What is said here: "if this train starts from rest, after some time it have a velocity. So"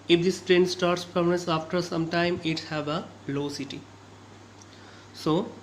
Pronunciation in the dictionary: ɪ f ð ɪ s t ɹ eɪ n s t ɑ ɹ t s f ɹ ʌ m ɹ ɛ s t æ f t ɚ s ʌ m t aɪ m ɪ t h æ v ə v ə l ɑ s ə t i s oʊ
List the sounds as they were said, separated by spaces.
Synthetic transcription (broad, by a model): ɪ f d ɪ s t ɹ eɪ n s t ɑ ɹ t s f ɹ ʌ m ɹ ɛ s æ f t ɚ s ʌ m t aɪ m ɪ t h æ ə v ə l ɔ s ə t i s oʊ